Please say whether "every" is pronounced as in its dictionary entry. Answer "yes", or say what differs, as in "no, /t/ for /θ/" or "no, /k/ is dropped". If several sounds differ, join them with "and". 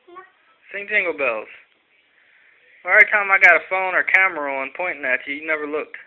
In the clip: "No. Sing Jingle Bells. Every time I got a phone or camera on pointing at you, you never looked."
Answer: no, /v/ is dropped